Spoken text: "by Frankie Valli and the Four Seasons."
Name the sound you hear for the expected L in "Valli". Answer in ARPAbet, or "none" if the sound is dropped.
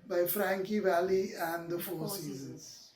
L